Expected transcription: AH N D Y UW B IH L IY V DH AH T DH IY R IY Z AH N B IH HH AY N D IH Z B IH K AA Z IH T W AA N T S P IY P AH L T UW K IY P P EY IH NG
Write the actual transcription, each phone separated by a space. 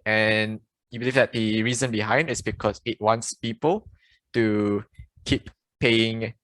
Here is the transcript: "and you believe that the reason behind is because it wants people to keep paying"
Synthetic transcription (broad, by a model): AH N Y UW B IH L IY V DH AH T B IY R IY Z AH N B IH HH AY N D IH S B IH K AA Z IH T W AA N T S P IY P AH L T UW K IY P P EY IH NG